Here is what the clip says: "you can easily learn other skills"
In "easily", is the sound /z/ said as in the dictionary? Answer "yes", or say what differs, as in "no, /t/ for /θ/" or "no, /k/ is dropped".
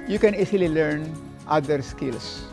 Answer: no, /s/ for /z/